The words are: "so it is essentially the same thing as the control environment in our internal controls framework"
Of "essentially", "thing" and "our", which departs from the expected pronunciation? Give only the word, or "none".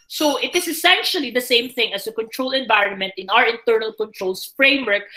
none